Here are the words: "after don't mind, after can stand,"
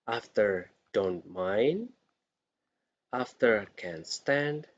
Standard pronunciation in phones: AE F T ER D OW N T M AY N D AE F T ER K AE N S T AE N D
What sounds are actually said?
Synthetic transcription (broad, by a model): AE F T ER D OW N T M AY N D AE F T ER K AE N S T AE N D